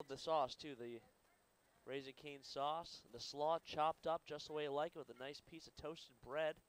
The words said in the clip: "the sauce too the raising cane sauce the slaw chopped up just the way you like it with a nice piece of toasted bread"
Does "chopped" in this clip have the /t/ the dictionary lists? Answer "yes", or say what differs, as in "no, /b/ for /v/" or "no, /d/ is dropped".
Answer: yes